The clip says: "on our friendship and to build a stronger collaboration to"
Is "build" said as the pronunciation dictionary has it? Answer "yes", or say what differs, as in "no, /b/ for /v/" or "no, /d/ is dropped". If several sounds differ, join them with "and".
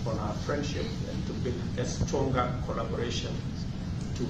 no, /d/ is dropped